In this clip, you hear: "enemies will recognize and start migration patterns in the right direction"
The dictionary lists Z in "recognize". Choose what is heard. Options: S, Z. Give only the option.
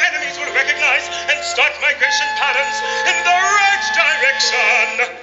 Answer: Z